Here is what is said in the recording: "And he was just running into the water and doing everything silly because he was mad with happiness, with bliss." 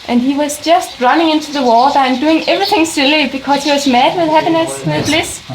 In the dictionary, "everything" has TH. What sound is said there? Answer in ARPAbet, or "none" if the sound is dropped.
TH